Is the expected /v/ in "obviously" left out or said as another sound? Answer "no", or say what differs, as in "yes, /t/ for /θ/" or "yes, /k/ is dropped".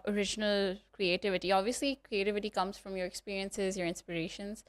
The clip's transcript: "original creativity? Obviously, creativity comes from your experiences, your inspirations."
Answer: no